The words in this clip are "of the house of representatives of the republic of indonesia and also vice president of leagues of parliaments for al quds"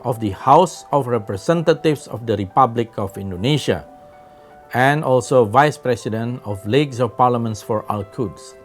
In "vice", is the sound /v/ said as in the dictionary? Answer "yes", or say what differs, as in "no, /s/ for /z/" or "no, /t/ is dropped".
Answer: yes